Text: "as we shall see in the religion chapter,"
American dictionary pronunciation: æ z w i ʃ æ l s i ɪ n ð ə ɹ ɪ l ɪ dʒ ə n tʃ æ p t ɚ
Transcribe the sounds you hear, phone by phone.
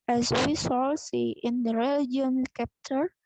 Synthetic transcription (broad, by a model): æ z w i s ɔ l s i ɪ n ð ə ɹ ɪ l ɪ dʒ ə n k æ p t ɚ